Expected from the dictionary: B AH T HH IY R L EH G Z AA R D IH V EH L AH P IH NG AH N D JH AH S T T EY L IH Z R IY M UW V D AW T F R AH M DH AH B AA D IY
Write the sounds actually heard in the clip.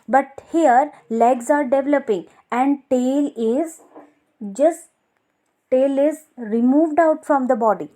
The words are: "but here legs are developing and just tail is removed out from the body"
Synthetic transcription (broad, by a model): B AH T HH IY R L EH G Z AA R D IH V EH L AH P IH NG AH N D JH AH S T T EY L IH Z R IY M UW V D AW T F R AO M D AH B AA D IY